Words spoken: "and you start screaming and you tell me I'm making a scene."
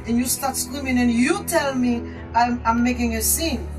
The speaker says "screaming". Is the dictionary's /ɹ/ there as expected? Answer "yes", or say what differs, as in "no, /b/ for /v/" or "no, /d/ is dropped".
no, /w/ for /ɹ/